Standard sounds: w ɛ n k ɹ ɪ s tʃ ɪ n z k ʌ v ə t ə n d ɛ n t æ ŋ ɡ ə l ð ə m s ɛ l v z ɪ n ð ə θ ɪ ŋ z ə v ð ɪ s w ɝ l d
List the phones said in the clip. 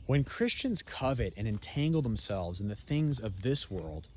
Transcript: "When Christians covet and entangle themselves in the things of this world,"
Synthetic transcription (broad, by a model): w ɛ n k ɹ ɪ s tʃ ɪ n z k ʌ v ə t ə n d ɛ n t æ ŋ ɡ l ð ə m s ɛ l v z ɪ n ð ə θ ɪ ŋ z ə v ð ɪ s w ɝ l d